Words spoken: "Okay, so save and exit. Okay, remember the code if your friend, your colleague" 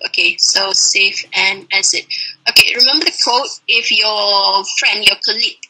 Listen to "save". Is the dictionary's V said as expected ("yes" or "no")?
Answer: no